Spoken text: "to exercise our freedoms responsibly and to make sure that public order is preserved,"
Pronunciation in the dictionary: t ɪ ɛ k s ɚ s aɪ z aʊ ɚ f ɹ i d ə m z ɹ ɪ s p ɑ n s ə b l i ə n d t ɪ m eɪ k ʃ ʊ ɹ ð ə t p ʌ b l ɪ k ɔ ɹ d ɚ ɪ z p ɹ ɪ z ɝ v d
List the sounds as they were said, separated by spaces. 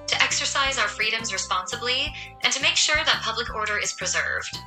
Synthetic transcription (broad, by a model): t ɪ ɛ k s ɚ s aɪ z aʊ ɚ f ɹ i d ə m z ɹ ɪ s p ɑ n s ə b l i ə n t ɪ m eɪ k ʃ ʊ ɹ ð ə t p ʌ b l ɪ k ɔ ɹ d ɚ ɪ z p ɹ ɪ z ɝ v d